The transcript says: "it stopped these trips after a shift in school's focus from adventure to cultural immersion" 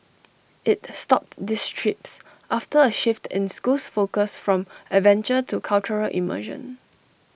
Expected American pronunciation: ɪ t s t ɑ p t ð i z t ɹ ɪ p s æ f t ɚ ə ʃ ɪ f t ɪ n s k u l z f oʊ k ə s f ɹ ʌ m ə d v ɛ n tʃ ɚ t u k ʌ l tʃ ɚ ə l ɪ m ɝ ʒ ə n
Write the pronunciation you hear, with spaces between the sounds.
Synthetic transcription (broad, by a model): ɪ t s t ɑ p t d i s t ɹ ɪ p s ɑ f t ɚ ə ʃ ɪ f t ɪ n s k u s f oʊ k ə s f ɹ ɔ m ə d v ɛ n tʃ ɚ t u k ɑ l tʃ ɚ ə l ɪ m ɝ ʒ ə n